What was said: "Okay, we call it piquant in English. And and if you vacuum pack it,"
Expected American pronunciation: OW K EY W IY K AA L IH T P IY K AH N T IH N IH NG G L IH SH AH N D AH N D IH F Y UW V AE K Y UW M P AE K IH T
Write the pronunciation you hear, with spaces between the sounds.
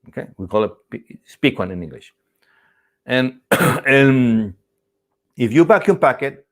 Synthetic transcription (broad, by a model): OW K EY W IY K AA L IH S P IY K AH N IH N IH NG G L IH SH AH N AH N IH F Y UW B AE K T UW P AE K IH T